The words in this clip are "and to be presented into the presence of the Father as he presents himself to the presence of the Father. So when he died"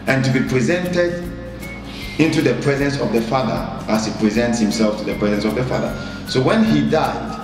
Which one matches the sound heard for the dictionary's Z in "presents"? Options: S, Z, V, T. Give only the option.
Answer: Z